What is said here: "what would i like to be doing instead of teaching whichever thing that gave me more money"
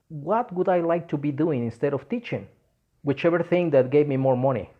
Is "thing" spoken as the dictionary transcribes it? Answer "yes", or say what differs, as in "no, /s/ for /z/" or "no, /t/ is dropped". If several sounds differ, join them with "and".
yes